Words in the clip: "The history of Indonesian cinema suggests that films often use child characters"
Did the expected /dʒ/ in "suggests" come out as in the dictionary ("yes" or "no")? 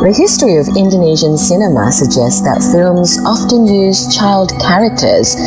yes